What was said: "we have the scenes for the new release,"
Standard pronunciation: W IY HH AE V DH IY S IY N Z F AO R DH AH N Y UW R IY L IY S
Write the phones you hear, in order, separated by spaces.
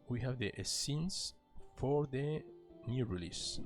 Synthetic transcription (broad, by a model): W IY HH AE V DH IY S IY N S F AO R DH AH N Y UW R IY L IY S